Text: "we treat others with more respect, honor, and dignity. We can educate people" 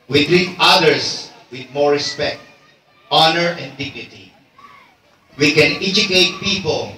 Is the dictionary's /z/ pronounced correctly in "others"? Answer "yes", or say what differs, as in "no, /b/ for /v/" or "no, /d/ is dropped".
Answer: no, /s/ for /z/